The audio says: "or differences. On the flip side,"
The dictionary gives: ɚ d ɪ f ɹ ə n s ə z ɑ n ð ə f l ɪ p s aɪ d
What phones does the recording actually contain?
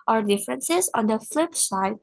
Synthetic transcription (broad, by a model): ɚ d ɪ f ɹ ə n s ə z ɑ n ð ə f l ɪ p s aɪ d